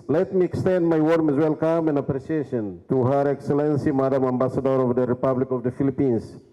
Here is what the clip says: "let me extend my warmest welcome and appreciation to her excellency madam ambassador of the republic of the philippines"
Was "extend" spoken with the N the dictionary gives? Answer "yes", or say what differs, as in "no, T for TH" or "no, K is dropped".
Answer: yes